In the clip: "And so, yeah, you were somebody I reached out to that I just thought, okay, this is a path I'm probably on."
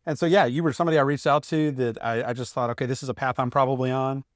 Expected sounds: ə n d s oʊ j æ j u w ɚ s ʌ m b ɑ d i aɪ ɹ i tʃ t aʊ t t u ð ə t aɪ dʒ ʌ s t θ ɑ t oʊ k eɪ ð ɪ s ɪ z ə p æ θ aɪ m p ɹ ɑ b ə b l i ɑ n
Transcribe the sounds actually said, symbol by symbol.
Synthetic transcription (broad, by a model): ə n s oʊ j æ j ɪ w ɚ s ʌ m b ɑ d i aɪ ɹ i tʃ t aʊ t t u ð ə t aɪ dʒ ʌ s t θ ɑ t oʊ k eɪ ð ɪ s ɪ z ə p æ θ aɪ m p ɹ ɑ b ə b l i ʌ n